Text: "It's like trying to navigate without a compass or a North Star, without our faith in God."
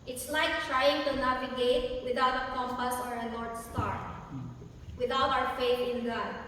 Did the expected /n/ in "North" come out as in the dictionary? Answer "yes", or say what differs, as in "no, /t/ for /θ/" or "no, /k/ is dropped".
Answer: no, /l/ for /n/